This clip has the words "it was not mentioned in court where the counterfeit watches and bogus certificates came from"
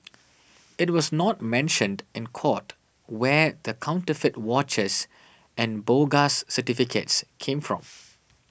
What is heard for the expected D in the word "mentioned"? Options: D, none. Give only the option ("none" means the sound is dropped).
D